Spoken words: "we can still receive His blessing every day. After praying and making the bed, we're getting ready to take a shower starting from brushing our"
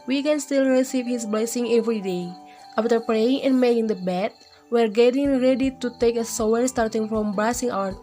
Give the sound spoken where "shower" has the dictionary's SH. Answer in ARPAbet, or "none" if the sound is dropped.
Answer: S